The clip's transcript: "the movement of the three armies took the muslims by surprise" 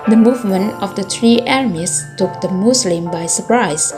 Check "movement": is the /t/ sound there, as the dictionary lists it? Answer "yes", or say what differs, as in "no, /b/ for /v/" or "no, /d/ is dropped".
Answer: no, /t/ is dropped